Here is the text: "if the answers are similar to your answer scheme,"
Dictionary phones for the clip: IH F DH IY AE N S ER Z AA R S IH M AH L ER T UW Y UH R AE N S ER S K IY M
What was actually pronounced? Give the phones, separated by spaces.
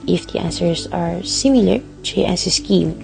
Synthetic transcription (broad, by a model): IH F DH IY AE N S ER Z AA R S IH M AH L ER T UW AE S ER S K IY M